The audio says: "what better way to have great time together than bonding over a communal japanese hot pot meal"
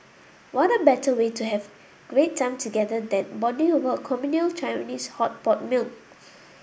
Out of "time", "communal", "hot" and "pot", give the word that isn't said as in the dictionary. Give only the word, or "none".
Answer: none